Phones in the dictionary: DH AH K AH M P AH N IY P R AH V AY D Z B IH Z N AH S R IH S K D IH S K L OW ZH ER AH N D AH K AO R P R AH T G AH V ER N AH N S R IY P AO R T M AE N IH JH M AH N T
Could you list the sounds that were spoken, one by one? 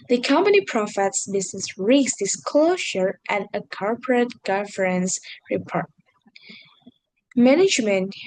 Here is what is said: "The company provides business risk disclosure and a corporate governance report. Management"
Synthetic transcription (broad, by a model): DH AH K AH M P AH N IY P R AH F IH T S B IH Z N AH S R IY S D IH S K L OW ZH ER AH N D AH K AO R P R AH T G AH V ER AH N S R IY P AO R T M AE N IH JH M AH N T